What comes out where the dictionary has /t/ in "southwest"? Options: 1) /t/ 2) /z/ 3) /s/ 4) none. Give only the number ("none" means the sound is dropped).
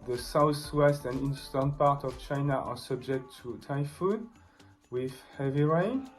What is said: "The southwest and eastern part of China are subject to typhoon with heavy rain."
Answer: 1